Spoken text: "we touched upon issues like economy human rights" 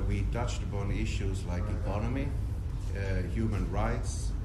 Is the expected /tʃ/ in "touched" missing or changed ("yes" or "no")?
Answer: no